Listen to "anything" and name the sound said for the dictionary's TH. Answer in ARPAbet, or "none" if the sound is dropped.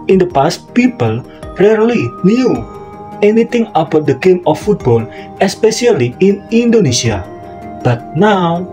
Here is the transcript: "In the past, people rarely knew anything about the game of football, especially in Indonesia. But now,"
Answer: T